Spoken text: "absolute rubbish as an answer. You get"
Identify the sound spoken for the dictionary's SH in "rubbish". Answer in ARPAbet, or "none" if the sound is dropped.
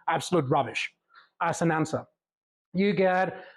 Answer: SH